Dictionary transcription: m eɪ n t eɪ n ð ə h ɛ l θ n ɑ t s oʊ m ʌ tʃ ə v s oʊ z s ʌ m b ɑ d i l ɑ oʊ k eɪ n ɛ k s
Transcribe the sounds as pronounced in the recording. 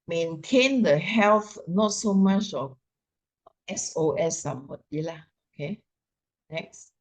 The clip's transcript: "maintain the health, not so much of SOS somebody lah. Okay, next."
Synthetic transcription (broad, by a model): m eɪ n t eɪ n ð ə h ɛ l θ n ɑ t s oʊ m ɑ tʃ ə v s oʊ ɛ s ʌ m ɑ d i l ɑ oʊ k eɪ n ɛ k s